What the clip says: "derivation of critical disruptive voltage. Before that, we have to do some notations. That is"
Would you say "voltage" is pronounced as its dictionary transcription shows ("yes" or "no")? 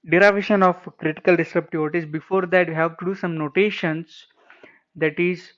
no